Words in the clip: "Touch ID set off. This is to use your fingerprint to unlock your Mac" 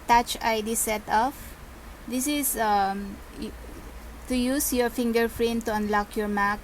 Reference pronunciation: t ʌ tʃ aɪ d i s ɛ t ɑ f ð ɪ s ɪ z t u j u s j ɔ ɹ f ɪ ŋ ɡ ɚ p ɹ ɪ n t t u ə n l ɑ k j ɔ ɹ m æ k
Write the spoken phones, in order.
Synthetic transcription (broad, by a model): t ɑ tʃ aɪ d i s ɛ t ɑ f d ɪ s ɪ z t u j u s j ɔ ɹ f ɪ ŋ ɡ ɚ f ɹ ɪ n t t u ə n l ɑ k j ɔ ɹ m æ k